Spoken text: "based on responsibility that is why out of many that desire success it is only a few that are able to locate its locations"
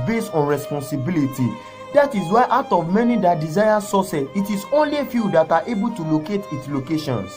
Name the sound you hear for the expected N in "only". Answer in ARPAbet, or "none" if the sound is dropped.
N